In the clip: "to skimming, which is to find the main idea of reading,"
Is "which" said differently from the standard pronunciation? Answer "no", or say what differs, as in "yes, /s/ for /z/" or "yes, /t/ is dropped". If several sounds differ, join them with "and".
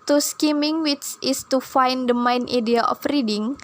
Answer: yes, /s/ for /tʃ/